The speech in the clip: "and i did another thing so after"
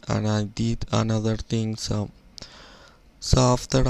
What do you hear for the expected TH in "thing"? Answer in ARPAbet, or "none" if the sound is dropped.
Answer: T